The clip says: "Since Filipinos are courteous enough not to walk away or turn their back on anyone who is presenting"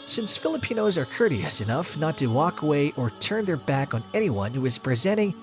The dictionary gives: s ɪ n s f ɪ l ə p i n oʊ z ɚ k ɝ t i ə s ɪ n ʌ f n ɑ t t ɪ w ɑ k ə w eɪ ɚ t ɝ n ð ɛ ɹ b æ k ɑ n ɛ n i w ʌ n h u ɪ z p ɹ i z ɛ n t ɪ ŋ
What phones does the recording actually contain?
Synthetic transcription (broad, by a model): s ɪ n s f ɪ l ə p i n oʊ z ɚ k ɝ t i ə s ɪ n ʌ f n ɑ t t ɪ w ɑ k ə w eɪ ɚ t ɝ n ð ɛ ɹ b æ k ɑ n ɛ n i w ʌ n h u ɪ z p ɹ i z ɛ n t ɪ ŋ